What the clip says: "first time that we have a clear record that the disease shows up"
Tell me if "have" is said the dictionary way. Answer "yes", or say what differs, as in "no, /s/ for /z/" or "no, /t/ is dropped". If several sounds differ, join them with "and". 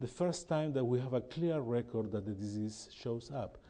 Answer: yes